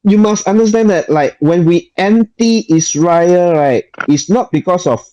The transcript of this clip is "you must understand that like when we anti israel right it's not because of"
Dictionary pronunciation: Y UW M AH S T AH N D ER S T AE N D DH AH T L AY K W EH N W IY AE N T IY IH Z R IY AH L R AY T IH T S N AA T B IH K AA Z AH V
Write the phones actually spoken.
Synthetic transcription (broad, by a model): Y UW M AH S T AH N D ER S T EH N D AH T L AY K W EH N W IY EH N T IY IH S R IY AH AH R AY T IH T S N AA T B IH K AA S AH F